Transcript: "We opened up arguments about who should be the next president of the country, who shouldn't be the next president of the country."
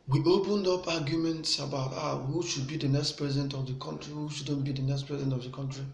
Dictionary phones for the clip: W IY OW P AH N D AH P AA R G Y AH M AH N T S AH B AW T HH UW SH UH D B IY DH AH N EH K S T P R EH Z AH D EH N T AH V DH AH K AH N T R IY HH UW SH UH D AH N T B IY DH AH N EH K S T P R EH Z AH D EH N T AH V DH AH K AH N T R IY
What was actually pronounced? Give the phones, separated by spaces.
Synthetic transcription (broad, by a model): W IY OW P AH N D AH P AA G Y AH M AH N T S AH B AW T HH UW SH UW D B IY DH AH N EH K S T P R EH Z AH D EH N T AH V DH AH K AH N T R IY HH UW SH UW D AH N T B IY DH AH N EH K S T P R EH Z AH D EH N T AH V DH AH K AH N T R IY